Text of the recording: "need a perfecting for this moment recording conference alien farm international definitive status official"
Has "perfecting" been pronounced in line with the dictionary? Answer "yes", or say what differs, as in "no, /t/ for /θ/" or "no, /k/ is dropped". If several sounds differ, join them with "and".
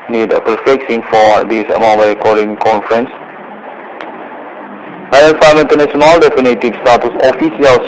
no, /s/ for /t/